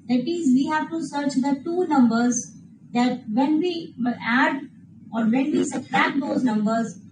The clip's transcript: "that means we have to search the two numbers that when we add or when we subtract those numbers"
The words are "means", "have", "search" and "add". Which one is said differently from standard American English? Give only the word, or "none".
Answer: means